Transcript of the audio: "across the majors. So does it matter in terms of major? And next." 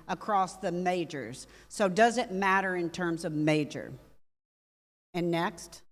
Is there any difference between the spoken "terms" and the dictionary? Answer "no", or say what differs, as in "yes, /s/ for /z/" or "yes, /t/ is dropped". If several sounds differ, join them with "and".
no